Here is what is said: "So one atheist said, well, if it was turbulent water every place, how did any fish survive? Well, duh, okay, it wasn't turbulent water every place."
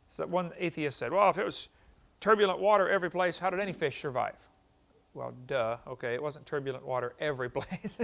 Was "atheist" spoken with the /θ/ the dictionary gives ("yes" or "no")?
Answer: yes